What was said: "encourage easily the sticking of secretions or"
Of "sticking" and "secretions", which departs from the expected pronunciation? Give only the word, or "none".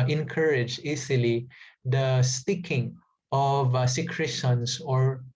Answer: secretions